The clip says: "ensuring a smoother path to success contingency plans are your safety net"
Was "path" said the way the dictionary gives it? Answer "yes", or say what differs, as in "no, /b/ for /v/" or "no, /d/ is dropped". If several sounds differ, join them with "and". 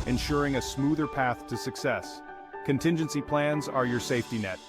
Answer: yes